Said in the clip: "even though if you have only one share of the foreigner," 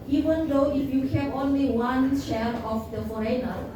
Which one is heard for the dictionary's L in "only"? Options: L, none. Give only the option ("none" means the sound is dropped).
L